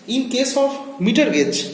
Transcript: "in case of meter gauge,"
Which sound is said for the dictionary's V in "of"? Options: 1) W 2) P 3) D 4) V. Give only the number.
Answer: 2